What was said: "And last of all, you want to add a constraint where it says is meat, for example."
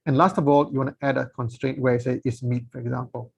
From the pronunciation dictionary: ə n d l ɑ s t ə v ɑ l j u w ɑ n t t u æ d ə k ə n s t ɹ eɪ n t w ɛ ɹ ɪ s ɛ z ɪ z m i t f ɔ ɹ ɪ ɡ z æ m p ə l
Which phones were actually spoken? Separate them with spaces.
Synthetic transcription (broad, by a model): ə n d l ɑ s t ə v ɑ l j u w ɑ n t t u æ d ə k ə n s t ɹ eɪ n t w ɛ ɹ ɪ s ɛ ɪ s m i t f ɔ ɹ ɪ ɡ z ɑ m p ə l